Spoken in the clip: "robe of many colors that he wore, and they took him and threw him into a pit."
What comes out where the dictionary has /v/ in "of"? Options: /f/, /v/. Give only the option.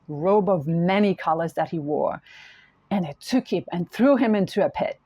/v/